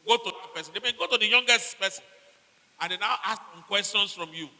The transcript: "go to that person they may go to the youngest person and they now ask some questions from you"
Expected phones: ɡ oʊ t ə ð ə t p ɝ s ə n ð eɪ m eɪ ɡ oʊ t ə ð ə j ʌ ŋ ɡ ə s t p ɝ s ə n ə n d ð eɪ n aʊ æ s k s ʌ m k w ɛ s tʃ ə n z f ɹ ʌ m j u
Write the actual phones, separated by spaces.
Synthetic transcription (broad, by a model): ɡ oʊ t ə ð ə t p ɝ s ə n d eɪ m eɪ ɡ oʊ t ə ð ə j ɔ ŋ ɡ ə s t p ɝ s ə n ə n d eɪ n aʊ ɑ s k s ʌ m k w ɛ s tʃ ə n s f ɹ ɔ m j u